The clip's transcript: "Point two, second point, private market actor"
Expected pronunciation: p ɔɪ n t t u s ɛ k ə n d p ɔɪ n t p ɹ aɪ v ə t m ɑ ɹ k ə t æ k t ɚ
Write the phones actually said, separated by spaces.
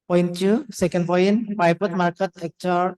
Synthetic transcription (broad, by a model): p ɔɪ n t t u s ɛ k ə n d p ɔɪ n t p aɪ p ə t m ɑ ɹ k ə t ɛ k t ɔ